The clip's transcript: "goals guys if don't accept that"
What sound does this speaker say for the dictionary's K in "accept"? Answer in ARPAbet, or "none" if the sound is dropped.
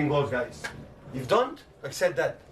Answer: K